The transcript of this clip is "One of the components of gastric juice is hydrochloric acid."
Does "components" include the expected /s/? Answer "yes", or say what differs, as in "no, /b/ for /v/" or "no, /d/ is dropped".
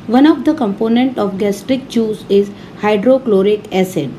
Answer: no, /s/ is dropped